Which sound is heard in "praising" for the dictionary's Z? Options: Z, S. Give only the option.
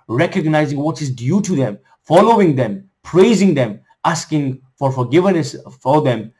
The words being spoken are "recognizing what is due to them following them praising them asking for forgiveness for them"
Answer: Z